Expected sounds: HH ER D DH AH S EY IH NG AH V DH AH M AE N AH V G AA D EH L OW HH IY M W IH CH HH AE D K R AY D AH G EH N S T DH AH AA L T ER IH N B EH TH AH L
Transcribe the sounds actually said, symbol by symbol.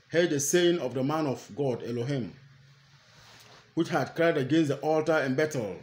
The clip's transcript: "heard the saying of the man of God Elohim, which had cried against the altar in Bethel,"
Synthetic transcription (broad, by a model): HH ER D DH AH S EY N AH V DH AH M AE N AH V G AA D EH L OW HH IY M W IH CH HH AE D K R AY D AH G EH N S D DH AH AA L T ER IH N B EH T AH L